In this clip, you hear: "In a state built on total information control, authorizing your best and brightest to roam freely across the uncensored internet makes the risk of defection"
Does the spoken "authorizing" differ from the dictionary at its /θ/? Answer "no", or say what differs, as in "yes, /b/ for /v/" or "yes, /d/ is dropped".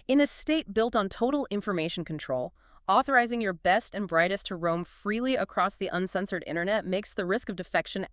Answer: no